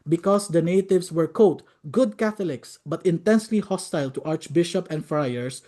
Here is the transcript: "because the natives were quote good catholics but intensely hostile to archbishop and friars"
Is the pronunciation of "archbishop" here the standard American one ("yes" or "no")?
yes